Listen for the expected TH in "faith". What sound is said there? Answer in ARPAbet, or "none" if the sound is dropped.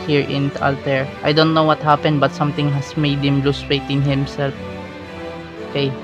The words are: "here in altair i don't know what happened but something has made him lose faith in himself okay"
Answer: T